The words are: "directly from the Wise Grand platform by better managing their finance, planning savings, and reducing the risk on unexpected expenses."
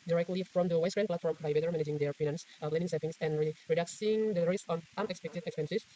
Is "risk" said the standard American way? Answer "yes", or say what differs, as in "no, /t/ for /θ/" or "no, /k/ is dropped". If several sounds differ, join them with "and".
no, /k/ is dropped